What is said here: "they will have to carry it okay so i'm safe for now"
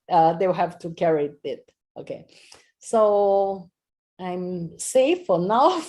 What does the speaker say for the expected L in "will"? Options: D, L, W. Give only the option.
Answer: W